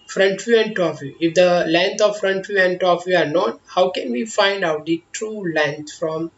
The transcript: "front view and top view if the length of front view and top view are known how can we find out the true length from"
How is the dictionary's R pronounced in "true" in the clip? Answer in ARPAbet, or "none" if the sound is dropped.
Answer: R